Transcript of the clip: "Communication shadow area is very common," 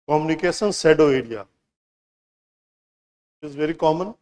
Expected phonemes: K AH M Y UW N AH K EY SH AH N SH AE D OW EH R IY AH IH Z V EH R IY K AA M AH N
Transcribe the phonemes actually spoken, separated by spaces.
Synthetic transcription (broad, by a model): K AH M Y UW N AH K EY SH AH N S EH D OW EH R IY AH IH Z V EH R IY K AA M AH N